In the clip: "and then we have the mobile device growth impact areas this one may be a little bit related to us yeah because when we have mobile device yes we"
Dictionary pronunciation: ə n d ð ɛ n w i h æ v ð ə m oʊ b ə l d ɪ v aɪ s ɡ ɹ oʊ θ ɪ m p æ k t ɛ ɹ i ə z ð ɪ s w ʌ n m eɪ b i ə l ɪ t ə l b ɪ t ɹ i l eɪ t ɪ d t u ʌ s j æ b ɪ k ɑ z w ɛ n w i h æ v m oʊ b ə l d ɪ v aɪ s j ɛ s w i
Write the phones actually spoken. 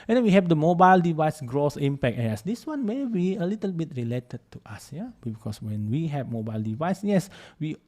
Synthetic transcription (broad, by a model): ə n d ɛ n w i h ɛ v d ə m oʊ b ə l d ɪ v aɪ s ɡ ɹ oʊ s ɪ m p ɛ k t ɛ i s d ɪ s w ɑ n m eɪ b i ə l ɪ t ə l b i t ɹ i l eɪ t ɪ d t u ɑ s j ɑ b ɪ k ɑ s w ɛ n w i h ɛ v m oʊ b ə l d ɪ v aɪ s j ɛ s w i